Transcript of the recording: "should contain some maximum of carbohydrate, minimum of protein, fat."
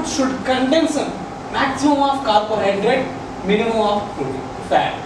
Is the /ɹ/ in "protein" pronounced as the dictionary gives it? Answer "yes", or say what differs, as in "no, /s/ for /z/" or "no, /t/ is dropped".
no, /ɹ/ is dropped